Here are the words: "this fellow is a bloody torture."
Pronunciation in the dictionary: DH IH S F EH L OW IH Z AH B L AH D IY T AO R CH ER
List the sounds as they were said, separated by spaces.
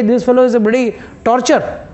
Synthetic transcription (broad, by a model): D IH S F EH L OW IH Z AH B AH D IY T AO R CH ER